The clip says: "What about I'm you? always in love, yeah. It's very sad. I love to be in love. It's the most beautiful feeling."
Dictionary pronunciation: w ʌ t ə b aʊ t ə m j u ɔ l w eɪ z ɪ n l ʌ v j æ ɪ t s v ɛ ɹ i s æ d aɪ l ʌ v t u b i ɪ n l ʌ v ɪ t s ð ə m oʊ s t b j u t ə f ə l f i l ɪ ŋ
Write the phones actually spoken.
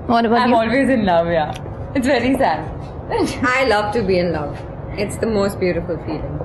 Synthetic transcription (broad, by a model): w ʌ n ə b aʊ ə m ɔ l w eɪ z ɪ n l ʌ v j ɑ ɪ t s v ɛ ɹ i s æ d aɪ l ʌ v t u b i ɪ n l ʌ v ɪ t s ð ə m oʊ s t b j u t ə f ə l f i l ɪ ŋ